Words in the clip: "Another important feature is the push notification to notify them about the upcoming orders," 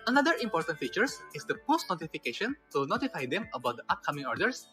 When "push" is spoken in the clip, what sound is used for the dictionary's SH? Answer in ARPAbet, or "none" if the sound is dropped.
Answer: S